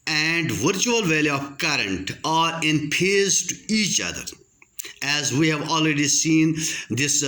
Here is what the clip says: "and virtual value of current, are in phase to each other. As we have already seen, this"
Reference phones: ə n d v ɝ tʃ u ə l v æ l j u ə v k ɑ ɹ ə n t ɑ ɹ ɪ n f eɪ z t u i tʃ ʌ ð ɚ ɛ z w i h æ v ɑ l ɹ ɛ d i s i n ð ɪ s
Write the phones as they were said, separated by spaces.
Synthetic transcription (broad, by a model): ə n d v ɝ tʃ u ə l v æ l j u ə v k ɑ ɹ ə n t ɑ ɹ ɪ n p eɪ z t u i tʃ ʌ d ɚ ɛ z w i h æ v ɑ l ɹ ɛ d i s i n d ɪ s